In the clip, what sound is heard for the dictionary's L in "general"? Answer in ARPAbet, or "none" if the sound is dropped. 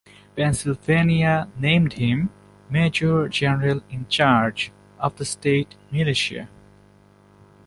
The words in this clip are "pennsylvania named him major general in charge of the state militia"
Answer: L